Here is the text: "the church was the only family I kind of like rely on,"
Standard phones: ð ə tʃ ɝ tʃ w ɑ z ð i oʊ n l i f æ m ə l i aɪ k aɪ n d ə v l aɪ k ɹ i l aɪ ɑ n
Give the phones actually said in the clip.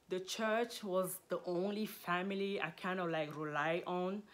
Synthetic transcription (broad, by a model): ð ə tʃ ɝ tʃ w ɑ z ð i oʊ n l i f æ m ə l i aɪ k aɪ n d ə v l aɪ k ɹ i l aɪ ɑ n